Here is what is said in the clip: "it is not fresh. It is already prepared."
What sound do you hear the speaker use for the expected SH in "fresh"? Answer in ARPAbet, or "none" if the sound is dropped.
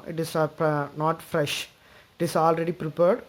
SH